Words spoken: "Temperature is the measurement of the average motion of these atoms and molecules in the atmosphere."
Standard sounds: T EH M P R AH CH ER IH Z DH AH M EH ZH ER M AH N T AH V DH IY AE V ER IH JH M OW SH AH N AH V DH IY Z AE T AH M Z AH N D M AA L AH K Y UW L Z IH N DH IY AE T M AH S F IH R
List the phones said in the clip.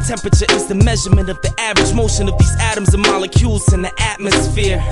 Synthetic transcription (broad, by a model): T EH M P R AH CH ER IH Z DH AH M EH ZH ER M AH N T AH V DH IY AE V ER IH JH M OW SH AH N AH V DH IY Z AE T AH M Z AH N M AA L AH K Y UW L Z IH N DH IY AE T M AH S F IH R